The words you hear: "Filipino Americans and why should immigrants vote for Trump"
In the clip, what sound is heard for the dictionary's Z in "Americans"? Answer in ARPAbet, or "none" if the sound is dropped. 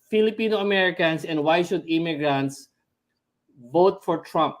S